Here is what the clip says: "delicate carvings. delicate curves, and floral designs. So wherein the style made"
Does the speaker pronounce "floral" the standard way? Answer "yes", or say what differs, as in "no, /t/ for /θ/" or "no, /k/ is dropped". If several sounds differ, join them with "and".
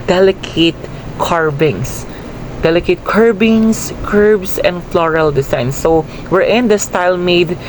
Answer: yes